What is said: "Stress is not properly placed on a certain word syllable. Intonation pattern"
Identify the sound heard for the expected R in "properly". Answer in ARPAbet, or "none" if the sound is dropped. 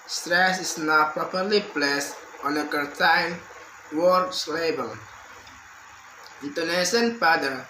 R